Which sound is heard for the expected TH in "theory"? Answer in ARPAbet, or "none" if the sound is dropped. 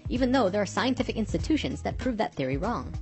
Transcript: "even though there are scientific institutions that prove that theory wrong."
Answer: TH